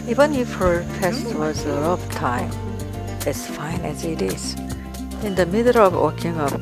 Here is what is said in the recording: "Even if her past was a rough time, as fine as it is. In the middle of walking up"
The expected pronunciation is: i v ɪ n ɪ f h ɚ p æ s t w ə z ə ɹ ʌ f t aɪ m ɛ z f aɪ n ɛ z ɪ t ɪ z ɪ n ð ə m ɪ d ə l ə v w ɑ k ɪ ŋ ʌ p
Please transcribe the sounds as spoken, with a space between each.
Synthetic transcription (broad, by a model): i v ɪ n ɪ f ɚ f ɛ s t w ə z ə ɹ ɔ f t aɪ m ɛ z f aɪ n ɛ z ɪ t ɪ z ɪ n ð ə m ɪ d ə l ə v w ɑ k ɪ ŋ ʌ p